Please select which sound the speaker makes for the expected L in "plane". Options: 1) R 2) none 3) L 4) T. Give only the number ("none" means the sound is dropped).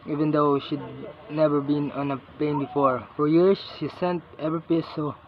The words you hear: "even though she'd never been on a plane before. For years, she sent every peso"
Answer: 2